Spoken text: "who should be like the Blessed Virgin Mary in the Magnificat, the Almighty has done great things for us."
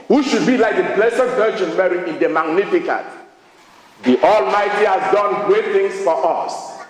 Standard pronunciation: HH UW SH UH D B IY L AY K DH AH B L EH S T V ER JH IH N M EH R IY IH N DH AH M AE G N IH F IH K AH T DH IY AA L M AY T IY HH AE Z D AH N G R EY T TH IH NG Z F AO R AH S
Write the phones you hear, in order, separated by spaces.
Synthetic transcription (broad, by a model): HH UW SH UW D B IY L AY K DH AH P L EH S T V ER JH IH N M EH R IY IH N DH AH M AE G N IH F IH K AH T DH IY AA L M AY T IY HH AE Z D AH N G R EY T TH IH NG S F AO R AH S